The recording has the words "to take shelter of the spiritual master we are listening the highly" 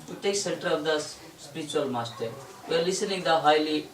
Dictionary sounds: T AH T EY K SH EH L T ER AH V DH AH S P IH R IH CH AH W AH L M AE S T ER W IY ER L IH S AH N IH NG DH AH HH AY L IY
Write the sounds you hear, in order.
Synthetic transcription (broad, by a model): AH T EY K S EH N T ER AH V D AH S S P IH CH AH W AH L M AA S T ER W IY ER L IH S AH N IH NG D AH HH AY L IY